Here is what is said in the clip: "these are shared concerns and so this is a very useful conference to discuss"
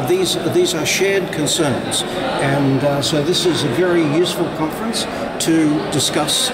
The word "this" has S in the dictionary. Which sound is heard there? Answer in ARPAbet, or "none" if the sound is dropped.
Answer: S